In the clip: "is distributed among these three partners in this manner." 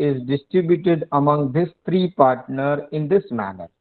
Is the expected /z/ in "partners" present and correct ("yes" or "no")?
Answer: no